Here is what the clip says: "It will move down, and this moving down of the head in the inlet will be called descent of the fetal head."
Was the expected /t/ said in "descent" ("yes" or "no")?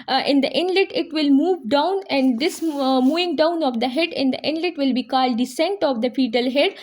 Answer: yes